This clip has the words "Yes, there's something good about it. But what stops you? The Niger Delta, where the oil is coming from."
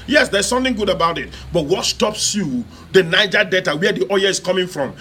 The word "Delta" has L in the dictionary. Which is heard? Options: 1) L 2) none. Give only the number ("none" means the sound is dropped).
2